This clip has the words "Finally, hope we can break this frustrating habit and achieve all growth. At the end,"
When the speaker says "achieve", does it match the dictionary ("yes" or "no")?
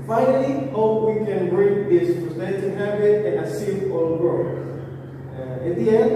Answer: no